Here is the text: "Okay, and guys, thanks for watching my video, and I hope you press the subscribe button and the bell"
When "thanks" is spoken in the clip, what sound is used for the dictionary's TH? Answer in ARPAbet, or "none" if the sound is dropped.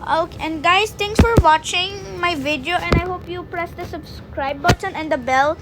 T